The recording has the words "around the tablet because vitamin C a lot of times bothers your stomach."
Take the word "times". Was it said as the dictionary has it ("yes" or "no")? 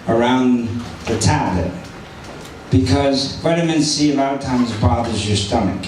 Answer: yes